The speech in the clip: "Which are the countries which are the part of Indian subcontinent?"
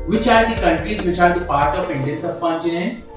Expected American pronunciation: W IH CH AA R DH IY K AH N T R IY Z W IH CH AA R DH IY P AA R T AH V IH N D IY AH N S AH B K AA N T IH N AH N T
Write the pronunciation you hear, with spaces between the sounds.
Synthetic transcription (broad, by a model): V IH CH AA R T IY K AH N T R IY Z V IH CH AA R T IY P AA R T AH P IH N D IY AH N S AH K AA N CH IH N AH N